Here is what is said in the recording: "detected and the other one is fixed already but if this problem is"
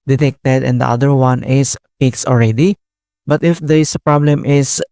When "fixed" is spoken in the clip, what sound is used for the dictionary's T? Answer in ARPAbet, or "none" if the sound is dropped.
none